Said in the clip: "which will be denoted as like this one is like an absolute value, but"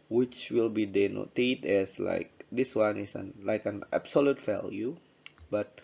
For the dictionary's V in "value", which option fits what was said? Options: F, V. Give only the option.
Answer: F